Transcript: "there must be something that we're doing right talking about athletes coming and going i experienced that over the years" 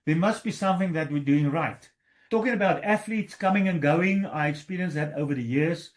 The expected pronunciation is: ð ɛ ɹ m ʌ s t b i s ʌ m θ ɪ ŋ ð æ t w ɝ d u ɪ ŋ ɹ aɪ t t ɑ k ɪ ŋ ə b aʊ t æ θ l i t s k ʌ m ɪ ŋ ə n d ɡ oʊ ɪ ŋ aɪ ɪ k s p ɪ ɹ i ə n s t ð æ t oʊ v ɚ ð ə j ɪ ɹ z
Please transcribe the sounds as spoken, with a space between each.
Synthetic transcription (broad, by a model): ð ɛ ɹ m ʌ s t b i s ʌ m θ ɪ ŋ ð æ t w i d u ɪ ŋ ɹ aɪ t t ɑ k ɪ ŋ ə b aʊ t æ θ l i t s k ʌ m ɪ ŋ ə n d ɡ oʊ ɪ ŋ aɪ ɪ k s p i ɹ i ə n s ð æ t oʊ v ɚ ð ə j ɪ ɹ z